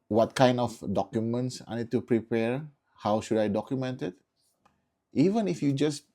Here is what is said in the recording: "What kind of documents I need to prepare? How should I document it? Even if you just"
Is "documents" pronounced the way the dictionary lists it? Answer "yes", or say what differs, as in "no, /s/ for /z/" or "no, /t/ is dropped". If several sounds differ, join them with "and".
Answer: yes